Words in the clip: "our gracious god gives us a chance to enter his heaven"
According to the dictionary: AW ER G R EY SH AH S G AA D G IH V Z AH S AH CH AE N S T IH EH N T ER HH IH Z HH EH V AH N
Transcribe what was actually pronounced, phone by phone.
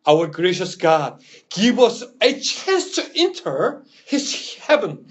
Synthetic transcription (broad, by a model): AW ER G R EY SH AH S G AA D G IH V AH S AH CH AE N S T IH EH N T ER HH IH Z HH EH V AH N